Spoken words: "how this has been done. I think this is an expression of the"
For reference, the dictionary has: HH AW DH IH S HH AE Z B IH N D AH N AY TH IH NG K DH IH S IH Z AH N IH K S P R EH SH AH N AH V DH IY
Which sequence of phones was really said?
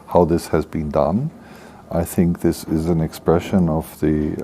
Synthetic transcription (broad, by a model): HH AW DH IH S HH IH Z B IH N D AH N AY TH IH NG K DH IH S IH Z AH N IH K S P R EH SH AH N AH V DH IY